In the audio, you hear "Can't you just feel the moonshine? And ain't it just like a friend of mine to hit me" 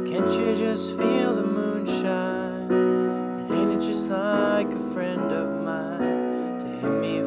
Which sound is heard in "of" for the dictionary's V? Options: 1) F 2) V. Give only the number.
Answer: 2